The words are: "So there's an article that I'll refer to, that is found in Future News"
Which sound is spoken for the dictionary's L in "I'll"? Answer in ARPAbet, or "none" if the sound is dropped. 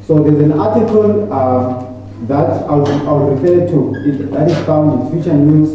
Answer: W